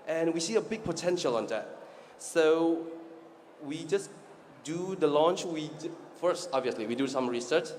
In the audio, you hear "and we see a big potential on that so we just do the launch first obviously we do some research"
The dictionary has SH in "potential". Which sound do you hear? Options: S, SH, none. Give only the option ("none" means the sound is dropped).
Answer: SH